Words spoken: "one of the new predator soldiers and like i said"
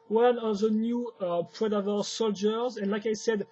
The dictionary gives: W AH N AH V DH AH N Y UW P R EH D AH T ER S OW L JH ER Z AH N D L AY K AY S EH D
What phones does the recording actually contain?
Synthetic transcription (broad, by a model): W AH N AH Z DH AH N Y UW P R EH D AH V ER S OW L JH ER Z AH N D L AY K AY S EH D